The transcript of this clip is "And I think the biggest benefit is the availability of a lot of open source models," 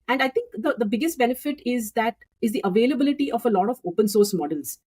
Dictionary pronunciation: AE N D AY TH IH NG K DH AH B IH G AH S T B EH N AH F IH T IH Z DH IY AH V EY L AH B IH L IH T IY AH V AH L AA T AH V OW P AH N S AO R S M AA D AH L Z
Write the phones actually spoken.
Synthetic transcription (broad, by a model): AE N D AY T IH NG K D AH B IH G AH S T B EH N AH F IH T IH Z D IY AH V EY L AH B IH L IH T IY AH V AH L AA T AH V OW P AH N S AO R S M AA D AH L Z